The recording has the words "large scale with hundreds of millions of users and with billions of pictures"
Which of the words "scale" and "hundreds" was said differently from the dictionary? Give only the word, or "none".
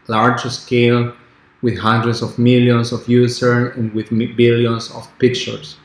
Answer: hundreds